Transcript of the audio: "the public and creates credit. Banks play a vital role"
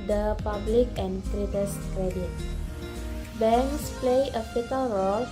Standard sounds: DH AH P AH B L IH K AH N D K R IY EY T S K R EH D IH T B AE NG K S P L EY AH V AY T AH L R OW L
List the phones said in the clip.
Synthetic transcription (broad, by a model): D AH P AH B L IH K AH N D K R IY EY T S K R EH D IH T B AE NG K S P L EY AH F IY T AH L R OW L